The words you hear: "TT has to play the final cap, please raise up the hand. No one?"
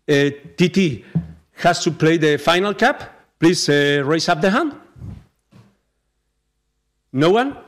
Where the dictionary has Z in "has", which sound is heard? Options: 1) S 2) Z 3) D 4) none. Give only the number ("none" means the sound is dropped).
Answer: 1